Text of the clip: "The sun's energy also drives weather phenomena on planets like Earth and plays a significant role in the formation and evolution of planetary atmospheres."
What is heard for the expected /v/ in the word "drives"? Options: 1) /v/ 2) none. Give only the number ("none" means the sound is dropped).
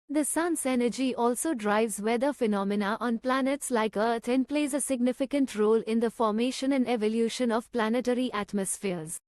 1